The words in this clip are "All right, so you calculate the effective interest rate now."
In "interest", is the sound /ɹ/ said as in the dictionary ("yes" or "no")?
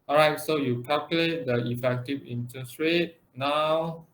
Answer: no